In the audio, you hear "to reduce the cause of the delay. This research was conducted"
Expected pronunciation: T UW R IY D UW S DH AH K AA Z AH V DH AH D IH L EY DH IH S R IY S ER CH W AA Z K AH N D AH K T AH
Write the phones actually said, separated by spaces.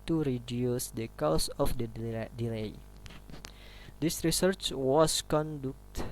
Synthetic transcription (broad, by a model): T UW R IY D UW S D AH K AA S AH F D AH D IH L EY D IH S R IY S ER CH W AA S K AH N D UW K T